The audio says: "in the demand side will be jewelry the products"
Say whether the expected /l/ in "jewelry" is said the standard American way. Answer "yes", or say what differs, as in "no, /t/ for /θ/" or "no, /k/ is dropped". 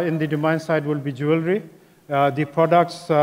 yes